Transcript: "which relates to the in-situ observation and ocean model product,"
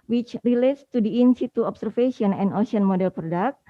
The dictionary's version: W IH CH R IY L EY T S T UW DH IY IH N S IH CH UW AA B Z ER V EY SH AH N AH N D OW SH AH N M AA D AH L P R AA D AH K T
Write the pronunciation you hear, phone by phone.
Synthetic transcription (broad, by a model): W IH CH R IY L EY T S T UW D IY IH N S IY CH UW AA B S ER F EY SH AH N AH N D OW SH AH N M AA D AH L P R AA D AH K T